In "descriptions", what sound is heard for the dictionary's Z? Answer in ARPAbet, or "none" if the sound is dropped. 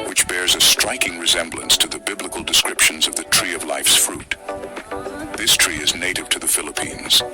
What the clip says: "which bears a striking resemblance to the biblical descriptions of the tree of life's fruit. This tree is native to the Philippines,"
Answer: Z